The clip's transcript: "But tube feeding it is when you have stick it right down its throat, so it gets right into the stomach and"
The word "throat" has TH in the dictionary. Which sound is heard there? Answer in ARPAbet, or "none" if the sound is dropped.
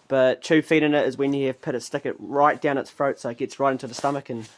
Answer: F